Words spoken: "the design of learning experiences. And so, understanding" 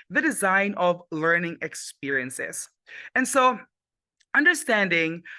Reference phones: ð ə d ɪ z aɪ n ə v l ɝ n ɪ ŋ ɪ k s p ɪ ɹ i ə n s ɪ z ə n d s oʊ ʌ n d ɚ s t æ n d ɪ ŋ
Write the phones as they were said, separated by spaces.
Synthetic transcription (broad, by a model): ð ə d ɪ z aɪ n ə v l ɝ n ɪ ŋ ɪ k s p ɪ ɹ i ə n s ɪ z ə n s oʊ ʌ n d ɚ s t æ n d ɪ ŋ